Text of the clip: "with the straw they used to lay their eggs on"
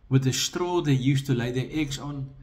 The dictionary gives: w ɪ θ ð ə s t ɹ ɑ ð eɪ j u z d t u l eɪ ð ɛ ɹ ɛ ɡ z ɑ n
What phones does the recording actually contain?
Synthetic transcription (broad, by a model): w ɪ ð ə s t ɹ ɑ ð eɪ j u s t u l eɪ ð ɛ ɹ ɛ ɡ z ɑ n